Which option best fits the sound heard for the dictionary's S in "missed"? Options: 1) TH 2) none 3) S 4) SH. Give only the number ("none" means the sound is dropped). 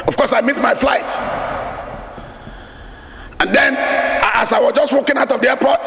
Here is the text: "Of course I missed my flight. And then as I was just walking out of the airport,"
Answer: 2